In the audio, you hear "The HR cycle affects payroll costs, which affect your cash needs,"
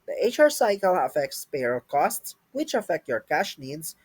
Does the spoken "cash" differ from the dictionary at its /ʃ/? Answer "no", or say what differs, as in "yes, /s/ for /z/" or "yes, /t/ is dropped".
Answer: no